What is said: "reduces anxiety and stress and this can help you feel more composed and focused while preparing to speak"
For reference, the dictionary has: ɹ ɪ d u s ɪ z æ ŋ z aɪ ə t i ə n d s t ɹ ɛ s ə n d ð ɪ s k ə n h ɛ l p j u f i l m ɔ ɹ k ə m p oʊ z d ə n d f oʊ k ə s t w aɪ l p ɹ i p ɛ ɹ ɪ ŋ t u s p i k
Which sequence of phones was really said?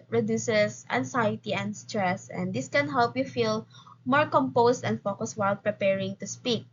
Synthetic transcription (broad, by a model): ɹ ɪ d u s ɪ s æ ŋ s aɪ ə t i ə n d s t ɹ ɛ s ə n d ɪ s k ə n h ɛ l p j u f i l m ɔ ɹ k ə m p oʊ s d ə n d f oʊ k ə s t w aɪ l p ɹ i p ɛ ɹ ɪ ŋ t u s p i k